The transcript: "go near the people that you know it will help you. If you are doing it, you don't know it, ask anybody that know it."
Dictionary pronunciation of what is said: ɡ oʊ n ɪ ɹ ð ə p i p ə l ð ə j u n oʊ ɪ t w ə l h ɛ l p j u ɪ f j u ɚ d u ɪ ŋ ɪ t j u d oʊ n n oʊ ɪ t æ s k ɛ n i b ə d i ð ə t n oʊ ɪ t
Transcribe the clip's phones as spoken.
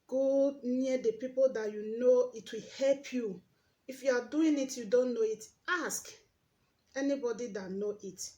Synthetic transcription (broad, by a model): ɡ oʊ n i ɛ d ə p i p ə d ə j u n oʊ ɪ t w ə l h ɛ l p j u ɪ f j u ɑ d u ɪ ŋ ɪ t j u d oʊ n n oʊ ɪ t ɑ s k ɛ n i b ə d i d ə t n oʊ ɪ t